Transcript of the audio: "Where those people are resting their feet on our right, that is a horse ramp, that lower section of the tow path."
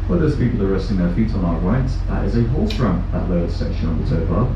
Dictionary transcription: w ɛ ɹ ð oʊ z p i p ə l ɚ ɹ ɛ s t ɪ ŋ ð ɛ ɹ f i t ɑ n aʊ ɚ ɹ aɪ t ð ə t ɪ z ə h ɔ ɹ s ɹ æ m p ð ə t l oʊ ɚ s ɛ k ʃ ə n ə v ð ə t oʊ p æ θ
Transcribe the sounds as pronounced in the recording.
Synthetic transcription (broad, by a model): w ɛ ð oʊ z p i p l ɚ ɹ ɛ s t ɪ ŋ ð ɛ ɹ f i t n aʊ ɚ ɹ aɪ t ð ə t ɪ z ə h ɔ l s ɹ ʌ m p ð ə t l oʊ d s ɛ k ʃ ə n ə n ð ə t oʊ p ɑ